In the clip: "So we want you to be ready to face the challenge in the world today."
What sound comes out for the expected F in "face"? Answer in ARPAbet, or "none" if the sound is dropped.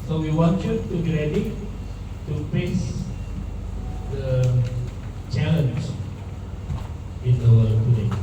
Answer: P